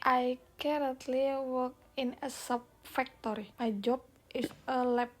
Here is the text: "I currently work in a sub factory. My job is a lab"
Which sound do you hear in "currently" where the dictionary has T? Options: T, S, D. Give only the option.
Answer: T